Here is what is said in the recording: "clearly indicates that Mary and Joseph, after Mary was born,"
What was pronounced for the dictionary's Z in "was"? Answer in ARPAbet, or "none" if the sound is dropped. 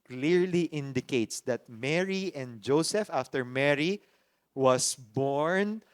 S